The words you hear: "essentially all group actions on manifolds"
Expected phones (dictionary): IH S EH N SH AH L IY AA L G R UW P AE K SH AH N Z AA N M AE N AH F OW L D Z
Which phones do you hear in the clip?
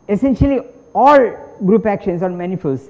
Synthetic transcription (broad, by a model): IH S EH N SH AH L IY AA L G R UW P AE K SH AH N S AA N M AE N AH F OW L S